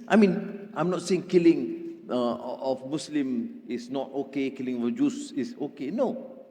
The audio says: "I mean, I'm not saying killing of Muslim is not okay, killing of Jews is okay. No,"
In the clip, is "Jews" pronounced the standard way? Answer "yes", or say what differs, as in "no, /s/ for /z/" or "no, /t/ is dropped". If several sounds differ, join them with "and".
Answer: no, /s/ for /z/